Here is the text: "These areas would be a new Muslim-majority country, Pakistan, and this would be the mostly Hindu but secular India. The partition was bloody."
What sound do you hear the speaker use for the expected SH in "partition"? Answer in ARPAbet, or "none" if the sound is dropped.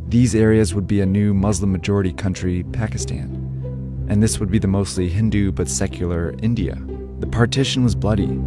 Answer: SH